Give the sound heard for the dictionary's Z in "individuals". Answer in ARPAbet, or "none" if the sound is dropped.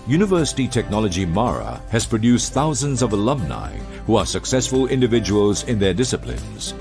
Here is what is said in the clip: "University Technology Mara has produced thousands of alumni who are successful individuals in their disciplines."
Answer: Z